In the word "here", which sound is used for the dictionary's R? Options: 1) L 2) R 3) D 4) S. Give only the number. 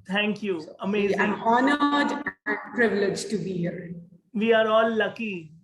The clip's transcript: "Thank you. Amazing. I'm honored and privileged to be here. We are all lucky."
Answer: 2